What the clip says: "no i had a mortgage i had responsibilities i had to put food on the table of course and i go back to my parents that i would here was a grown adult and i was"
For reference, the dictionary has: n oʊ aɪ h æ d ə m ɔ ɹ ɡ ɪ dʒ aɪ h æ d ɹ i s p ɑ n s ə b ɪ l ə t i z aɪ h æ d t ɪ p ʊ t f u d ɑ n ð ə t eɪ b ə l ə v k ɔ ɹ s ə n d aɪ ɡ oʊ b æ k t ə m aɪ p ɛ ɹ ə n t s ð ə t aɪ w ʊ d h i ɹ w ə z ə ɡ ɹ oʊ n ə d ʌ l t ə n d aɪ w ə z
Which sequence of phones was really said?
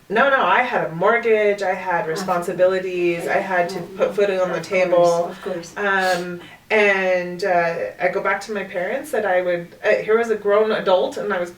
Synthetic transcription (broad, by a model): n oʊ aɪ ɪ d ə m ɔ ɹ ɡ ɪ dʒ aɪ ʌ d ɹ i s p ɑ n s ə b ɪ l ə t i z aɪ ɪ d t ɪ p ʊ t f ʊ d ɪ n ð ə t eɪ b l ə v k ɔ ɹ s ə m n aɪ ɡ oʊ b æ k t ə m aɪ p ɛ ɹ ə n t s ð ə t aɪ w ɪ d h i ɹ w ə z ə ɡ ɹ oʊ n ə d ʌ l t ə n aɪ w ə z